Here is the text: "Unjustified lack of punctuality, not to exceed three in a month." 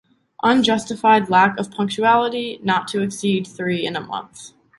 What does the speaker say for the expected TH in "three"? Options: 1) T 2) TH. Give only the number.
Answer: 2